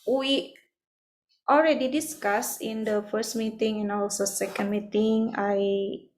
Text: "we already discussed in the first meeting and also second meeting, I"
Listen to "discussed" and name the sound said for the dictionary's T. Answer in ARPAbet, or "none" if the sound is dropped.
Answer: none